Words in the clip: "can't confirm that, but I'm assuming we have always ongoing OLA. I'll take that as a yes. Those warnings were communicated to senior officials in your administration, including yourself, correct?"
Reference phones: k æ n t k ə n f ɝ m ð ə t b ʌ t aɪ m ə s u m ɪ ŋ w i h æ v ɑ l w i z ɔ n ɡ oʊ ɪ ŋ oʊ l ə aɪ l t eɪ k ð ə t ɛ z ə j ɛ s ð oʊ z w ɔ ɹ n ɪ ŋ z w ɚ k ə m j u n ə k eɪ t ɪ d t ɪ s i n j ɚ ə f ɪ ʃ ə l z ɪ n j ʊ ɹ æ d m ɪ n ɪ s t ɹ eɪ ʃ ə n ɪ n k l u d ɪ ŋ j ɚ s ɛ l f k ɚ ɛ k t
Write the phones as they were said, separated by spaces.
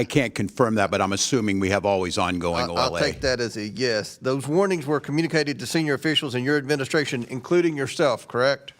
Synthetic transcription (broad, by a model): k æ n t k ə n f ɝ m ð ə t b ʌ t aɪ m ə s u m ɪ ŋ w i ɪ v ɑ l w i z ɔ n ɡ oʊ ɪ ŋ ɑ ə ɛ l t eɪ k ð ə t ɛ z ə j ɛ s ð oʊ z w ɔ ɹ n ɪ ŋ z w ɚ k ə m j u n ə k eɪ t ɪ d t ɪ s i n j ɚ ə f ɪ ʃ l z ɪ n j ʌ ɹ æ d m ɪ n ɪ s t ɹ eɪ ʃ ə n ɪ n k l u d ɪ ŋ j ɚ s ɛ l f k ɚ ɛ k t